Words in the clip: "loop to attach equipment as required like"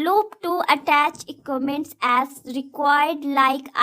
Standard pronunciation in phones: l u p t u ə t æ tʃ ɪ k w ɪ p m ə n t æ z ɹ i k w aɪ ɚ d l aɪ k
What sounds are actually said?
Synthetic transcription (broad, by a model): l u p t u ə t æ tʃ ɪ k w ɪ m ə n t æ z ɹ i k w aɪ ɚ d l aɪ k